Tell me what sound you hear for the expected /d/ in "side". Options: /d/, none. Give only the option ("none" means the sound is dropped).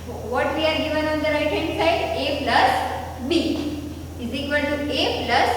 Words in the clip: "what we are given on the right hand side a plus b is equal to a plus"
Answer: none